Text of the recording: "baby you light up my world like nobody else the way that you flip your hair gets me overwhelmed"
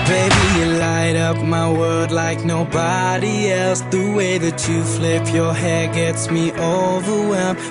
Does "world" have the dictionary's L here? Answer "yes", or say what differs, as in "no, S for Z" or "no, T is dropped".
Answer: no, L is dropped